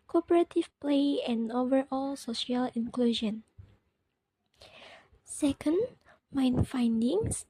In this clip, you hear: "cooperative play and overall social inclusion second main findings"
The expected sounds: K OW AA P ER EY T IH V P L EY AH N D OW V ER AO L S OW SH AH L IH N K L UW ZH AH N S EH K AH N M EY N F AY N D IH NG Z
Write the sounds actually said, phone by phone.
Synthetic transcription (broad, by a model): K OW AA P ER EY T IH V P L EY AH N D OW V ER AO L S OW SH AH L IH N K L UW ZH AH N S EH K AH N M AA N F AY N D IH NG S